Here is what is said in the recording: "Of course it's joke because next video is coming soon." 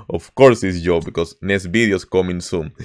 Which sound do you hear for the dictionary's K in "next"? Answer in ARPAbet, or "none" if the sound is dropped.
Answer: none